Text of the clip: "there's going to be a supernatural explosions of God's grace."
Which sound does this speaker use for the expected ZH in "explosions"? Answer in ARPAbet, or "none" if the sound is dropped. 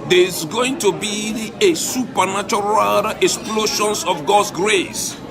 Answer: SH